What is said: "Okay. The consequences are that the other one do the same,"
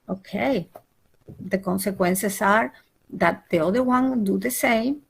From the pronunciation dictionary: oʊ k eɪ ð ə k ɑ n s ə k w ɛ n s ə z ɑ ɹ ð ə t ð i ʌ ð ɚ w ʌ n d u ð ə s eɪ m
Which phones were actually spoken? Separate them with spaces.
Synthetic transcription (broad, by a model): oʊ k eɪ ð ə k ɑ n s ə k w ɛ n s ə s ɑ ɹ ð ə t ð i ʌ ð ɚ w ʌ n d u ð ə s eɪ m